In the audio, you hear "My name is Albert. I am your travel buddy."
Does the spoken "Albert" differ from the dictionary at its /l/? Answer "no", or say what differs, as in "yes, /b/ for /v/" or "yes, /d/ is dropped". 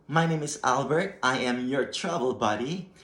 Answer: no